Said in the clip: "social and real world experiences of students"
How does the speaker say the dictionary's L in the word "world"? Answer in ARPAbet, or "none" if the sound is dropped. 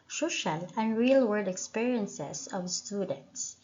none